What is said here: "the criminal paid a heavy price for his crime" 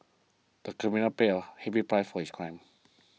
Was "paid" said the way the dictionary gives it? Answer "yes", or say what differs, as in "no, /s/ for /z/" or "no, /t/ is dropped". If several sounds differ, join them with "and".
no, /d/ is dropped